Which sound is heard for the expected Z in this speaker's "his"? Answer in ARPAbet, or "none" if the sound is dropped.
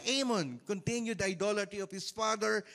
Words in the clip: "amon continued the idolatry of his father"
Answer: S